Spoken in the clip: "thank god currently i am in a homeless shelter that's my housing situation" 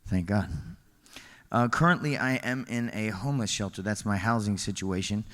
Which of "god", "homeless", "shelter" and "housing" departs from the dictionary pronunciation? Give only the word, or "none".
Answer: none